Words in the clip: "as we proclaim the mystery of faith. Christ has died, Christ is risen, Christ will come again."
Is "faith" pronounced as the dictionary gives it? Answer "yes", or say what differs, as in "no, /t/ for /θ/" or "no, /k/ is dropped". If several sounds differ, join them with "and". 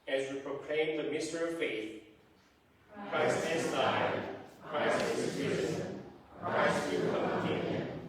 yes